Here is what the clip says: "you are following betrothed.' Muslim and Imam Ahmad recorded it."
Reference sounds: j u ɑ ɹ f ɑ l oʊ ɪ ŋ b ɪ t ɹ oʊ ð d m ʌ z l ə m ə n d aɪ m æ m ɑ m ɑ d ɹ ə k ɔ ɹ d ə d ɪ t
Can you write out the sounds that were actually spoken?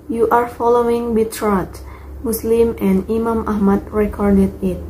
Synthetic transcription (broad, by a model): j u ɑ ɹ f ɑ l oʊ ɪ ŋ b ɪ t ɹ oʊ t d m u s l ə m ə n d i m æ m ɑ m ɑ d ɹ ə k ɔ ɹ d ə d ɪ t